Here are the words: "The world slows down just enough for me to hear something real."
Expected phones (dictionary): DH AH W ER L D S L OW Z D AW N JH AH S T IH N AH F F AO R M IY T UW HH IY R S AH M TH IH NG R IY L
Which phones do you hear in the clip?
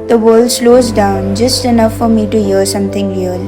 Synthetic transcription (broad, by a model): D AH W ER L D S L OW Z D AW N JH AH S T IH N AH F F AO R M IY T UW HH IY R S AH M T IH NG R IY L